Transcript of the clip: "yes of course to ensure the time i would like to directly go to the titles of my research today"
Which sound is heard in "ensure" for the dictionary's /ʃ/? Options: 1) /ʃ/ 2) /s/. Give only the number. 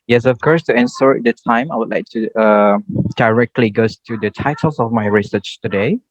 2